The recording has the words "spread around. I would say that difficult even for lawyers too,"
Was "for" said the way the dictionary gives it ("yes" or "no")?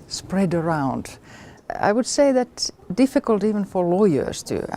yes